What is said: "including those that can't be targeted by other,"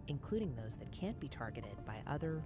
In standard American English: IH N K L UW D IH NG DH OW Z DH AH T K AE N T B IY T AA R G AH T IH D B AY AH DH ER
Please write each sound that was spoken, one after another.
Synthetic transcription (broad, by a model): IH N K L UW D IH NG DH OW Z DH AH T K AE N B IY T AA R G AH T IH D B AY AH DH ER